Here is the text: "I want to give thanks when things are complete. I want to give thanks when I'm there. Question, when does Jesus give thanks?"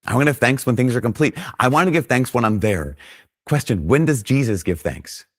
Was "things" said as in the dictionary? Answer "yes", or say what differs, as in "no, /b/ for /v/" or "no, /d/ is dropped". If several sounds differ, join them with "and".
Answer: yes